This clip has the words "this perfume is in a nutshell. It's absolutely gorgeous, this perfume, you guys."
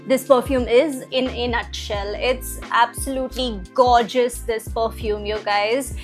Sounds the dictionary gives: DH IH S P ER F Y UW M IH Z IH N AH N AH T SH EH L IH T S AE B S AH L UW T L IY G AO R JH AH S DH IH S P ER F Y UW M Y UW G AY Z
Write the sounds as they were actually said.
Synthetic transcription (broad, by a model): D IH S P ER F Y UW M IH Z IH N AH N AH T SH EH L IH T S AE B S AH L UW T L IY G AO JH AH S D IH S P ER F Y UW M Y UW G AY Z